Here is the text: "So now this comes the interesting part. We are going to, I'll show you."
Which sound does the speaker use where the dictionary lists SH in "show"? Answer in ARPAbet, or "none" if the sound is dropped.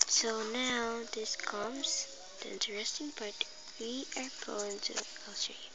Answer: S